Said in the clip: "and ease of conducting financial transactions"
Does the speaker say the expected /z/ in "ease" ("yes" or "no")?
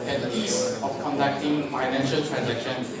no